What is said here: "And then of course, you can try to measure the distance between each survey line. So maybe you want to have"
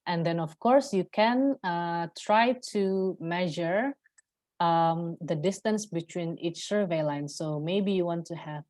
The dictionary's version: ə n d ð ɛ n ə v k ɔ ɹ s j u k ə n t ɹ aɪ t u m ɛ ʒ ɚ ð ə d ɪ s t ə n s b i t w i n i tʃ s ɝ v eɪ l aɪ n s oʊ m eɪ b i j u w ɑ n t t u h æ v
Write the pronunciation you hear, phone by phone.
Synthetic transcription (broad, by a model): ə n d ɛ n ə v k ɔ ɹ s j u k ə n t ɹ aɪ t u m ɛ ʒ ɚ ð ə d ɪ s t ə n s b i t w i n i tʃ s ɝ v eɪ l aɪ n s oʊ m eɪ b i j u w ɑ n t t u h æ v